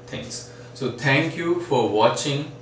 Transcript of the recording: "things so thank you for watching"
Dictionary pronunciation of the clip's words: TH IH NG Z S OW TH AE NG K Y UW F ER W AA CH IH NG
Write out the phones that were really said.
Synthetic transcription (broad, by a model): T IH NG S S OW T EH NG K Y UW F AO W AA CH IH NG